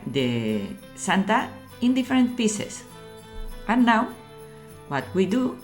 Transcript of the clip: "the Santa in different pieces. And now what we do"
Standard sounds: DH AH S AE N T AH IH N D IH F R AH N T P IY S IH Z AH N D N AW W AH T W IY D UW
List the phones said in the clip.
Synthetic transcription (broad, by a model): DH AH S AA N T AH IH N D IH F R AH N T P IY S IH S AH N N AW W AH T W IY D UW